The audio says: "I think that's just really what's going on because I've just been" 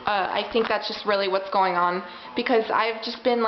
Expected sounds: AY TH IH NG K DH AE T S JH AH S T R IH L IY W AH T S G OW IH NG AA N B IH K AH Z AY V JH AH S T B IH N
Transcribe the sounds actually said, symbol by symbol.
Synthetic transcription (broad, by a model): AY TH IH NG K DH AE T S JH AH S T R IH L IY W AH T S G OW IH NG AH N B IH K AH Z AY V JH AH S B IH N